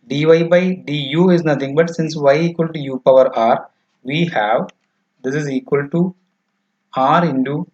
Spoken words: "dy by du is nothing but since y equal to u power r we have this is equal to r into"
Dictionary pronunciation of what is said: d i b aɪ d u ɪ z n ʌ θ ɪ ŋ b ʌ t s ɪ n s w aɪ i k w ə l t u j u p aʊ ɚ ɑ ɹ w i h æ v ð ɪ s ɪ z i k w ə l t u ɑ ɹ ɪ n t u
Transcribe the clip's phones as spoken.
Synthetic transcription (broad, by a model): d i b aɪ d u ɪ z n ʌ t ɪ ŋ b ʌ t s ɪ n s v aɪ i k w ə l t u j u p aʊ ɚ ɑ ɹ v i h æ v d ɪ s ɪ z i k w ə l t u ɑ ɹ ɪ n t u